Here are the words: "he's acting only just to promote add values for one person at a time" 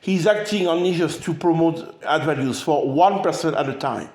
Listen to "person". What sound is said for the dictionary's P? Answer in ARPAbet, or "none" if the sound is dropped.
P